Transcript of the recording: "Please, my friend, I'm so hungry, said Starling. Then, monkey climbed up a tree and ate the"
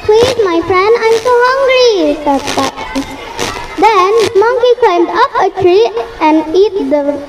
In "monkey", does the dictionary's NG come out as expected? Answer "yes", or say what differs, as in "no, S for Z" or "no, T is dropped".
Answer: yes